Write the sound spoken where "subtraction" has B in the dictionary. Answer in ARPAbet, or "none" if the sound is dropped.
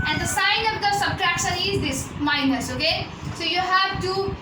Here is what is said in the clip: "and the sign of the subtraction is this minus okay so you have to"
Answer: B